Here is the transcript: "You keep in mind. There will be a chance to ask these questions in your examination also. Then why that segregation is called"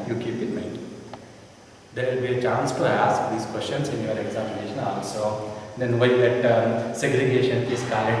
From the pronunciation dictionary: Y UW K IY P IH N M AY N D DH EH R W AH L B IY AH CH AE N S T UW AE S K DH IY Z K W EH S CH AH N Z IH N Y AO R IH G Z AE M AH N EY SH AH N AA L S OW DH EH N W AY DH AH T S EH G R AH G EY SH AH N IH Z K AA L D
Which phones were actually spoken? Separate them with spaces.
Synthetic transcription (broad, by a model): Y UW K IY P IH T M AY D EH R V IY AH CH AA N S T UW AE S K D IY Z K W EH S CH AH N S IH N Y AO R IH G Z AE M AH N EY SH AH N AA L S OW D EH N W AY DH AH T S EH G R AH G EY SH AH N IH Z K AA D